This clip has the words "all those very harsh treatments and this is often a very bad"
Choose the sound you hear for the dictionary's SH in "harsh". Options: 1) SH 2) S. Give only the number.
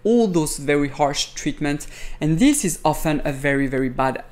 1